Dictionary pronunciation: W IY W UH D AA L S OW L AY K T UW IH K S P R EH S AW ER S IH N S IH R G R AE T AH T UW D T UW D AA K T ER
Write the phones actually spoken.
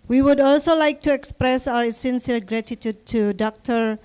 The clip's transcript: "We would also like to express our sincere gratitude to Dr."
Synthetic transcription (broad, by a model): W IY W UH D AA L S OW L AY K T UW IH K S P R EH S AW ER S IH N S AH L G R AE T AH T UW D T UW D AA K T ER